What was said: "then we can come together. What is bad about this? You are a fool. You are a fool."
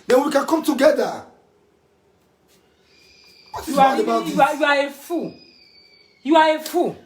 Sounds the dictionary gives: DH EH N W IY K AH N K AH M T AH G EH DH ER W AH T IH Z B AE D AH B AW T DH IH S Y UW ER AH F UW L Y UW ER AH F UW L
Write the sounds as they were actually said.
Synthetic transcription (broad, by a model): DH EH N W IY K AH N K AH M T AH G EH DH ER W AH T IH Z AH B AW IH Y UW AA AH F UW Y UW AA AH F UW